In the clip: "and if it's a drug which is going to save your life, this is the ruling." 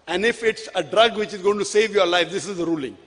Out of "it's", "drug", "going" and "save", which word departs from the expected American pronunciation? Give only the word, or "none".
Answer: none